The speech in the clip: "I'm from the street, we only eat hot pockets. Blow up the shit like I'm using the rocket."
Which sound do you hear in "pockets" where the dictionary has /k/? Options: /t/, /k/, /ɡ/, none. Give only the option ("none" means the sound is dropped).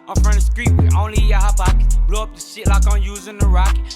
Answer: none